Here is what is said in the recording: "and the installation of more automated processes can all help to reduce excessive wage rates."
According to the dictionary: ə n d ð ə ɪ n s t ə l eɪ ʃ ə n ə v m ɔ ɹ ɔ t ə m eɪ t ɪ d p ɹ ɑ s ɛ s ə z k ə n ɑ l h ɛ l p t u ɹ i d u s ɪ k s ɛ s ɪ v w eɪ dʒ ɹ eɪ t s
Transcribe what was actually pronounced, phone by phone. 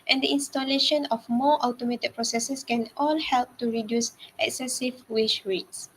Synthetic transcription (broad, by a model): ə n d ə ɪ n s t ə l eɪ ʃ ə n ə f m ɔ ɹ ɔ t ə m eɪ t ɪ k p ɹ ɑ s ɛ s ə s k ə n ɑ l h ɛ l p t u ɹ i d u s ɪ k s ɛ s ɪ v w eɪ ʃ ɹ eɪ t s